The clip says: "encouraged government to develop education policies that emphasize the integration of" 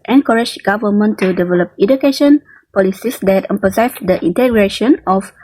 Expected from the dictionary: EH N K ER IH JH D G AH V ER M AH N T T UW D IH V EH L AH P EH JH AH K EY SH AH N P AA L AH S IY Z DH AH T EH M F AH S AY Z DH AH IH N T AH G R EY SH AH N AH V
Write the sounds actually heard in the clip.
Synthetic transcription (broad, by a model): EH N K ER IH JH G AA V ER M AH N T T UW D IH V EH L AH P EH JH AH K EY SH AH N P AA L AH S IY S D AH T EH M P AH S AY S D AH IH N T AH G R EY SH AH N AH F